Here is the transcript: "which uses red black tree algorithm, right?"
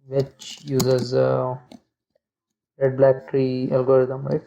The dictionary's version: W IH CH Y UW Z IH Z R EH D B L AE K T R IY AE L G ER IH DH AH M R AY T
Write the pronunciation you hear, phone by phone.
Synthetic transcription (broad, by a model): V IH CH Y UW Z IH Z R EH D B L AE K T R IY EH L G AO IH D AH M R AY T